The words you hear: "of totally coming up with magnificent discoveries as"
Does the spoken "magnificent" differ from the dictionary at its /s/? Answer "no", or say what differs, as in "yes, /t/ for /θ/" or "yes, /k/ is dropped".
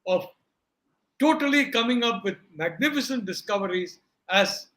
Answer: no